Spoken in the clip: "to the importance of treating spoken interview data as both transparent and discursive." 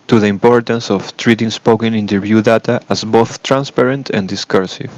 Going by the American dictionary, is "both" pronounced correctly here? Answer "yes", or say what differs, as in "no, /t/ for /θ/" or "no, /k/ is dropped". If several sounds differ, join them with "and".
yes